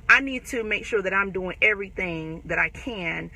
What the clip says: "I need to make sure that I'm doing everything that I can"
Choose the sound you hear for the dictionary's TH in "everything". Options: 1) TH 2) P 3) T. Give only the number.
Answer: 1